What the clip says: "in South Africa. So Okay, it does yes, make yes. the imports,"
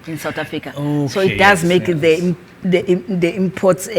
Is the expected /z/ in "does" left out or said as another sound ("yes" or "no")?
no